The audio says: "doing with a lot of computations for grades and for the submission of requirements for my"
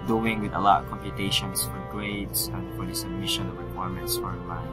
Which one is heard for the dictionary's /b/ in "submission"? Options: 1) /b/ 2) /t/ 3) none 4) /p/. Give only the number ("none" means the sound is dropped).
3